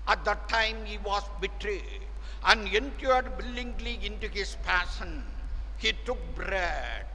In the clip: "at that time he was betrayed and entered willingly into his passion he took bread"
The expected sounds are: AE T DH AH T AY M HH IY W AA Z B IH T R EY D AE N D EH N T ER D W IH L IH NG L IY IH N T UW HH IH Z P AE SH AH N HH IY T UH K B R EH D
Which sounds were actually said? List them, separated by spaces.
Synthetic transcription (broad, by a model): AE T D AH T AY M HH IY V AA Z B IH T R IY AE N D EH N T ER D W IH L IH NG L IY IH N T UW HH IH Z P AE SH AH N HH IY T UH K B R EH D